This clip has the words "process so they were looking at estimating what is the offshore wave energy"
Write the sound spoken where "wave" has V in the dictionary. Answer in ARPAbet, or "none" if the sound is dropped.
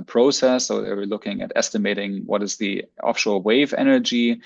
V